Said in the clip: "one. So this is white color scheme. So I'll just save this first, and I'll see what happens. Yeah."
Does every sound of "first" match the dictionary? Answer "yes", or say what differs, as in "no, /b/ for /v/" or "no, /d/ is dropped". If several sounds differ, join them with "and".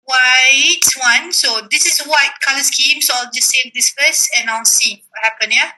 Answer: no, /t/ is dropped